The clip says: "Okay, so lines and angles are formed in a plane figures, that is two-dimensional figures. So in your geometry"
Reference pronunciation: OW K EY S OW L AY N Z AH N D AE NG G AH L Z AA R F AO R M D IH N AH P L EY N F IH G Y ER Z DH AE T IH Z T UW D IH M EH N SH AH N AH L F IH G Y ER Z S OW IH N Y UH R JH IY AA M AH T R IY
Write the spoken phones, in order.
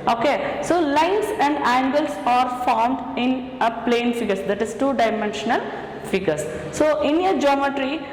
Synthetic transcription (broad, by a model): OW K EY S OW L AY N S AH N D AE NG G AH L S AA R F AO R M D IH N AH P L EY N F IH G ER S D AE T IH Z T UW D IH M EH N SH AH N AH L F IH G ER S S OW IH N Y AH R JH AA M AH T R IY